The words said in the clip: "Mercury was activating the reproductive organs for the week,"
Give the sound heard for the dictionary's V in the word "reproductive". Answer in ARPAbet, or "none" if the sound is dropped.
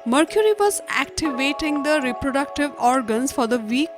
V